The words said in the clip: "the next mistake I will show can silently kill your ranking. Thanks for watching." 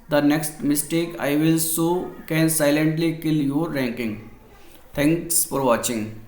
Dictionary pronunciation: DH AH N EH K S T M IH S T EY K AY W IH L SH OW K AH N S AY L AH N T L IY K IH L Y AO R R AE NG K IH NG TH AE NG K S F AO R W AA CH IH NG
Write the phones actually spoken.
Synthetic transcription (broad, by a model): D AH N EH K S T M IH S T EY K AY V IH L S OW K AH N S AY L AH N T L IY K IH L Y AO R R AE NG K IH NG T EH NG K S F AO R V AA CH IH NG